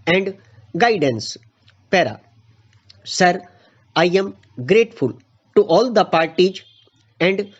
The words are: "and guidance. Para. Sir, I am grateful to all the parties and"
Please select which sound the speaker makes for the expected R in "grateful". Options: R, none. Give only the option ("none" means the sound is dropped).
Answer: R